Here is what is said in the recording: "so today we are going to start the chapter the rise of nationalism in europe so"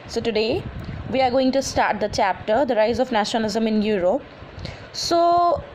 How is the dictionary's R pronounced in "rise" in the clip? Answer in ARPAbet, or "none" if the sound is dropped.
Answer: R